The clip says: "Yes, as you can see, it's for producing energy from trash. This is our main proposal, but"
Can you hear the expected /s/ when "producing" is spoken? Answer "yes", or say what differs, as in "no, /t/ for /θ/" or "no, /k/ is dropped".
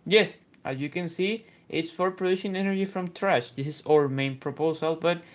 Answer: no, /ʃ/ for /s/